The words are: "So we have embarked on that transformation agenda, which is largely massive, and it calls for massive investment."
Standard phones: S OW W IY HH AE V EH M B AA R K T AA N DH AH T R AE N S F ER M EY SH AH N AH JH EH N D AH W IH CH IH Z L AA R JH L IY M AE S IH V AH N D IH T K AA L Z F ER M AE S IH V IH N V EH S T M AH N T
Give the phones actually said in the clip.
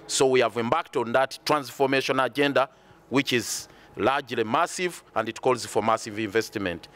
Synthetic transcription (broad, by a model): S OW W IY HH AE V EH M B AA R K T AA N DH AH T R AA N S F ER M EY SH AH N AH JH EH N D AH W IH CH IH Z L AA R JH L IY M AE S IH V AH N D IH T K AA L Z F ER M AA S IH V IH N V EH S T M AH N T